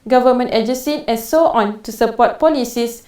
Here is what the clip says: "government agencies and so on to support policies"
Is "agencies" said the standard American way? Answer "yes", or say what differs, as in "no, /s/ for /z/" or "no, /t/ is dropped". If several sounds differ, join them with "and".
no, /n/ is dropped and /z/ is dropped